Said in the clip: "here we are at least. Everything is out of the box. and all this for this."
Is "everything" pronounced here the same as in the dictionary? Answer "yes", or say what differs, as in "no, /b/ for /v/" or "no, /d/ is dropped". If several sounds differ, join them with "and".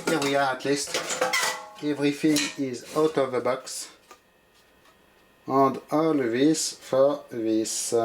no, /f/ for /θ/